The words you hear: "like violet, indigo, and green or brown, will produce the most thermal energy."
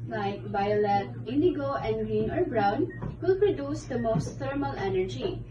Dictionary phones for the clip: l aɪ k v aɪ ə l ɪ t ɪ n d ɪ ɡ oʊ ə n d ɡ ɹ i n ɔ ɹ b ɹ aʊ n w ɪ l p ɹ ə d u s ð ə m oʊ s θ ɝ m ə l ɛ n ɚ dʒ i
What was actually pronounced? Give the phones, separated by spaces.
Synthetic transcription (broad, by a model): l aɪ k b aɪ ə l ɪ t ɪ n d ɪ ɡ oʊ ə n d ɡ ɹ i n ɔ ɹ b ɹ aʊ n w ɪ l p ɹ ə d u s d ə m oʊ s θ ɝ m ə l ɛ n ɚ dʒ i